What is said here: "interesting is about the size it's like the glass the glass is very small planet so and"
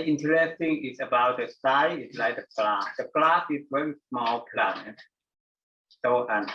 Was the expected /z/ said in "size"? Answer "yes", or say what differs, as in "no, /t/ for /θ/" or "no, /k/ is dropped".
no, /z/ is dropped